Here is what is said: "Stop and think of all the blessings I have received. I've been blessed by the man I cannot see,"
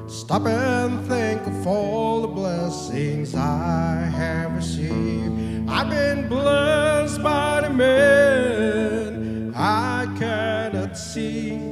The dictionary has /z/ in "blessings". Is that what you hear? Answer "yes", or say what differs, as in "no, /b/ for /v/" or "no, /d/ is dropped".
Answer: yes